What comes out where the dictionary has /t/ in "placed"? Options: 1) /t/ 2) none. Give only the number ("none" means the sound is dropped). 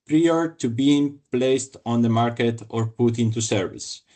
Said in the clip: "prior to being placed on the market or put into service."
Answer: 1